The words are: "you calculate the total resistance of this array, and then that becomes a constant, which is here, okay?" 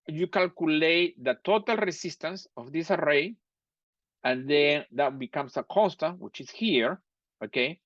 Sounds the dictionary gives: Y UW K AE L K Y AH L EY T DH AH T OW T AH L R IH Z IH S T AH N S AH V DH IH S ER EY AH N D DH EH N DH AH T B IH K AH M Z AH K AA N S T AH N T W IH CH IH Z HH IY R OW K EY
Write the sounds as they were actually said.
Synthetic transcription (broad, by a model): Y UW K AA L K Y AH L EY T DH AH T OW T AH L R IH S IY S T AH N S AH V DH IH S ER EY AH N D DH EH N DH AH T B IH K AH M S AH K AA N S T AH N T W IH CH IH S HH IY R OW K EY